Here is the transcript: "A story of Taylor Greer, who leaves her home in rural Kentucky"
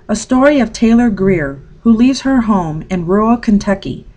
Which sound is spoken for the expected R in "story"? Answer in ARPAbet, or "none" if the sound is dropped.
R